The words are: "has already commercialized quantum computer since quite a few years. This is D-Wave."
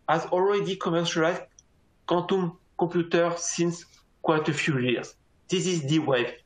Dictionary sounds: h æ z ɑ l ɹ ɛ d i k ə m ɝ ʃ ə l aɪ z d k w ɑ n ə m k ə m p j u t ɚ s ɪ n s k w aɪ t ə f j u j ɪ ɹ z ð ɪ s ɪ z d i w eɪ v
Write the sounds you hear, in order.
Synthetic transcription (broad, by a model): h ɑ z ɑ l ɹ ɛ d i k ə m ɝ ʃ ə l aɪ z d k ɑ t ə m k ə p j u t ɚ s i n s k w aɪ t ə f j u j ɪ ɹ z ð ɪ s ɪ z d i w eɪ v